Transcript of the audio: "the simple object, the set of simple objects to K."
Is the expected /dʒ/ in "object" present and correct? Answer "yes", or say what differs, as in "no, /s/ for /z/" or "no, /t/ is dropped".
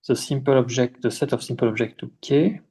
no, /ʒ/ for /dʒ/